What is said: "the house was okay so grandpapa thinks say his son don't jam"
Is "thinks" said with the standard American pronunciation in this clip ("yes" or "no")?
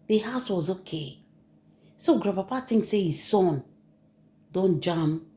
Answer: no